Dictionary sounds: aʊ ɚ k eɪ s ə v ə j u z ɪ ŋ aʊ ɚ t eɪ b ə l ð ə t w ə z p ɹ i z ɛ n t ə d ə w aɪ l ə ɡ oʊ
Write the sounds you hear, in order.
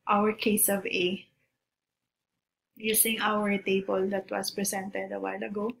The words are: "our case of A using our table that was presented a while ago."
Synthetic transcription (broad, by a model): aʊ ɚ k eɪ s ə v ə j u s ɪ ŋ aʊ ɚ t eɪ b ə l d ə t w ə s p ɹ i s ɛ n t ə d ə w aɪ l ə ɡ oʊ